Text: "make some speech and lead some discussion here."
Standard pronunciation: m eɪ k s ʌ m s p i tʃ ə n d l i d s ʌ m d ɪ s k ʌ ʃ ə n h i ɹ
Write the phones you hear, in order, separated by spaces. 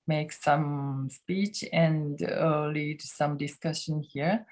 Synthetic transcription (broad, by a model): m eɪ k s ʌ m s p i tʃ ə n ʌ l i d s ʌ m d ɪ s k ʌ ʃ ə n h i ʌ